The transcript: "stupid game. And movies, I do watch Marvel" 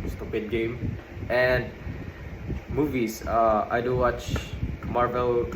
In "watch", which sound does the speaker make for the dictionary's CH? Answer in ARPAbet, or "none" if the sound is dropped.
CH